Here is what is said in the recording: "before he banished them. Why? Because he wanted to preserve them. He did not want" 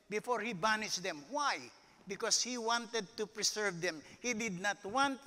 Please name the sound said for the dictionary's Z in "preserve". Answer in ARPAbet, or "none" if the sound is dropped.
S